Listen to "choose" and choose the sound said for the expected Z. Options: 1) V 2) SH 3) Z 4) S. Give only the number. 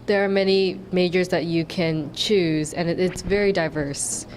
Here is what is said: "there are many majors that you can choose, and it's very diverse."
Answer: 3